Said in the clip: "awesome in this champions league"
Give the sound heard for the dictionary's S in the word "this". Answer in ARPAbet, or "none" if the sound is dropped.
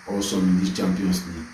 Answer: none